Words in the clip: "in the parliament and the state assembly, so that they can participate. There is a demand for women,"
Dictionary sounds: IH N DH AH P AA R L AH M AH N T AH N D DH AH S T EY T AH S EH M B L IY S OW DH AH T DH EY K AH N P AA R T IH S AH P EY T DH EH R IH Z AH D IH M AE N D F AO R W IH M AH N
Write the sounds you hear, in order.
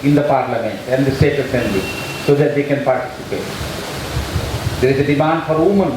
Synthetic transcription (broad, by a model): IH N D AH P AA R L AH M AH N T AH N D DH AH S T EY T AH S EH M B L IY S OW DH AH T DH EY K AH N P AA R T IH S AH P EY T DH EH R IH Z AH D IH M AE N D F AO R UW M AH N